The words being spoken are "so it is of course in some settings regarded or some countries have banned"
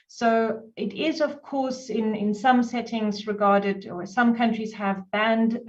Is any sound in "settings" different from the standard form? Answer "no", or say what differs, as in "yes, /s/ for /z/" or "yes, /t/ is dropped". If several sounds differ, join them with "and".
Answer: no